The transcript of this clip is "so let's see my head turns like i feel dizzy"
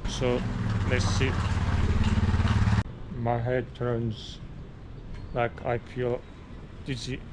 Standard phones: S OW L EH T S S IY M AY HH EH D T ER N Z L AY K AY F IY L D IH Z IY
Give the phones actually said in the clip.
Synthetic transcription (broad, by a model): S OW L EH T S S IY M AY HH EH D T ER N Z L AY K AY P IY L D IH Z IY